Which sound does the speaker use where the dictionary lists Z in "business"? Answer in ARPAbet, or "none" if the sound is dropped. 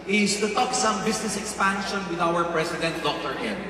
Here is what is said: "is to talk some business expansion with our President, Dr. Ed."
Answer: S